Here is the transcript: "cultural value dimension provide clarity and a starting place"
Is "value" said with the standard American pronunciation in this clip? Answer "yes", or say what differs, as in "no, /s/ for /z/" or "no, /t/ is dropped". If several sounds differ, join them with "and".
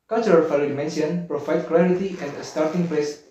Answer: no, /f/ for /v/